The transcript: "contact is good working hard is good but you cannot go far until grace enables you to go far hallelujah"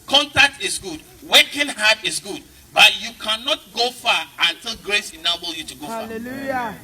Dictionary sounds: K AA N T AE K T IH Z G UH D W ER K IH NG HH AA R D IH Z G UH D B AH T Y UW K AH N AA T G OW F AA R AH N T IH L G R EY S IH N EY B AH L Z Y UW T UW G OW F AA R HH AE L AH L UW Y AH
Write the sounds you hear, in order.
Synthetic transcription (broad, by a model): K AA N T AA K T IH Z G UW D W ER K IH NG HH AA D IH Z G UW D B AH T Y UW K AH N AA T G OW F AA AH N T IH L G R EY S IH N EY B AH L Y UW T UW G OW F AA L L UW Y